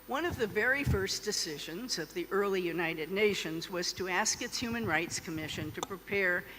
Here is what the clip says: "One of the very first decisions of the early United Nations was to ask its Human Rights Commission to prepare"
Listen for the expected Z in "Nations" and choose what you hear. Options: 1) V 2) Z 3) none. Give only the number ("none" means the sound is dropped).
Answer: 2